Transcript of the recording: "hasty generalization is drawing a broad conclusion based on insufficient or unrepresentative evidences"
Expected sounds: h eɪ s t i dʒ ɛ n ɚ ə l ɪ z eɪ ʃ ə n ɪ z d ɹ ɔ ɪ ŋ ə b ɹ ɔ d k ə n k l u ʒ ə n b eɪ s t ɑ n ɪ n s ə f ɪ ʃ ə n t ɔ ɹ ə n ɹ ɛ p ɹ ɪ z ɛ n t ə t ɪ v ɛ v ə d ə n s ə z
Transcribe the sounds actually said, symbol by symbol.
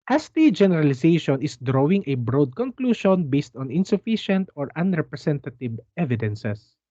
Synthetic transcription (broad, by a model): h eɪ s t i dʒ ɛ n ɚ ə l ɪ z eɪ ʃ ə n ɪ s d ɹ ɔ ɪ ŋ ə b ɹ ɔ d k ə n k l u ʃ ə n b eɪ s t ɑ n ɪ n s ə f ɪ ʃ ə n t ɔ ɹ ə n ɹ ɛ p ɹ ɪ s ɛ n t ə t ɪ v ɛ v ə d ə n s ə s